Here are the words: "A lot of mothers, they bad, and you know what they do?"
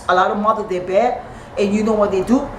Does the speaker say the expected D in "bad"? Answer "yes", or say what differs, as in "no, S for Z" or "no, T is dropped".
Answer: no, D is dropped